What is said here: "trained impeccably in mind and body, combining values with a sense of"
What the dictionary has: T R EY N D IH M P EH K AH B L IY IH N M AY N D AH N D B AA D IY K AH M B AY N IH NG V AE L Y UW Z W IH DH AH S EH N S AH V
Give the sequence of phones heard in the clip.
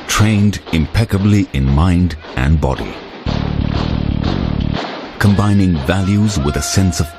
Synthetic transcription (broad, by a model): T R EY N D IH M P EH K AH B L IY IH N M AY N D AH N B AA D IY K AH M B AY N IH NG V AE L Y UW Z W IH DH AH S EH N S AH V